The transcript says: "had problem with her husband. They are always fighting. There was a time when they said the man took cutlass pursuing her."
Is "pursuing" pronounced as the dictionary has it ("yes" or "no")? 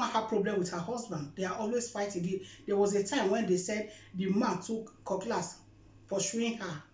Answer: no